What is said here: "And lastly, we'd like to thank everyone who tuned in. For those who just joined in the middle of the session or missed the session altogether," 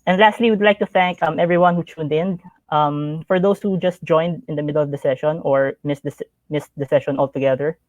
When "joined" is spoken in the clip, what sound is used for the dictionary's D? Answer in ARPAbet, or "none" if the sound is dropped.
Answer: D